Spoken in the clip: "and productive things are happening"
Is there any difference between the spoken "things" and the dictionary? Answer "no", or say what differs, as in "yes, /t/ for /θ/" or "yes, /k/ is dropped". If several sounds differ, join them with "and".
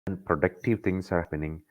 yes, /t/ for /θ/ and /s/ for /z/